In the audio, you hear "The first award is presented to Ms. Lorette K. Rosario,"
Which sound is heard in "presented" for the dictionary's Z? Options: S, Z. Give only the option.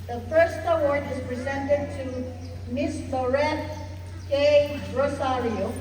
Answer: Z